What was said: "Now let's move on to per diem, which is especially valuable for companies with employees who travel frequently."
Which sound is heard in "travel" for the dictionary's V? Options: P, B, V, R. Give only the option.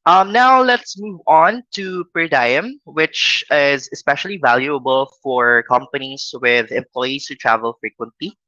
V